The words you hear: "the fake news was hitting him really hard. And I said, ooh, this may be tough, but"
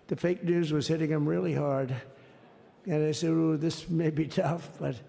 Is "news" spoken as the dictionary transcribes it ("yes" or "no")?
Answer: yes